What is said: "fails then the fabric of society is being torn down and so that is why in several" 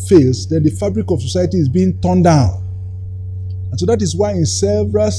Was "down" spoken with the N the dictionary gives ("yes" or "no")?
yes